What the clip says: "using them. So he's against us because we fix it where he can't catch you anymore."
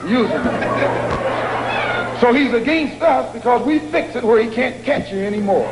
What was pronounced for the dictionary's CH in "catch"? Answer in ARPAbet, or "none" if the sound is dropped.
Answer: CH